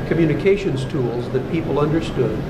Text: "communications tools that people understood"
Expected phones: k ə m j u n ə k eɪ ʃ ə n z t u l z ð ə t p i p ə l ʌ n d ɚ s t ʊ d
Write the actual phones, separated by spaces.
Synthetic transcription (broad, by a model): k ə m j u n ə k eɪ ʃ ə n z t u l z ð ə t p i p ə l ʌ n d ɚ s t ʊ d